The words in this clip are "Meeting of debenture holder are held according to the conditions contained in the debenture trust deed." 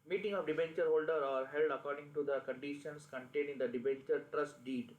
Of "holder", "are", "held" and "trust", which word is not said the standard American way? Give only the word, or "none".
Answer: none